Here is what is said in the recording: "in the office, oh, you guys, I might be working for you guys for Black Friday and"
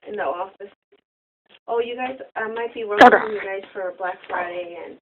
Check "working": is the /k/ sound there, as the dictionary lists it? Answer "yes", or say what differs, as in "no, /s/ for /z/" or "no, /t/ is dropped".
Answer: no, /k/ is dropped